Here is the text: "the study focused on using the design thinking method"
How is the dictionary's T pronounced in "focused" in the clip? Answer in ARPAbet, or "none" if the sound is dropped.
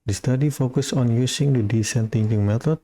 none